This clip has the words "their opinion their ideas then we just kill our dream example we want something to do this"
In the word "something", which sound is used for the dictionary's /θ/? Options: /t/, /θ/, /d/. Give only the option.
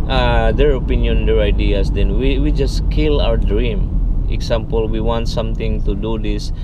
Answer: /t/